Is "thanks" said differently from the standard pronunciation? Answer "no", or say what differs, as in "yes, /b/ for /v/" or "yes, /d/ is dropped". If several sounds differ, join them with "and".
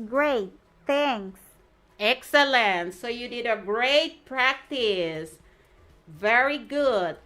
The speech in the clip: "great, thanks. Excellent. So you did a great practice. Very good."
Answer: yes, /k/ is dropped